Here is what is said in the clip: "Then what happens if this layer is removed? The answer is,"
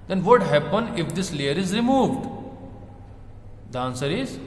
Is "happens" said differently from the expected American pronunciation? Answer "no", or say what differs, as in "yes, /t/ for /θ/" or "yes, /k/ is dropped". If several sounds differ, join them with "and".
yes, /z/ is dropped